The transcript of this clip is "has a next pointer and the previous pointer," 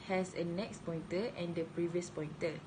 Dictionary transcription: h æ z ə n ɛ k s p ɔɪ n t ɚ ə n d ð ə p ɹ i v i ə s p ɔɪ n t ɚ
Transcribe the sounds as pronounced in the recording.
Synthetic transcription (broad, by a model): h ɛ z ə n ɛ k s p ɔɪ n t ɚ ə n d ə p ɹ i v i ə s p ɔɪ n t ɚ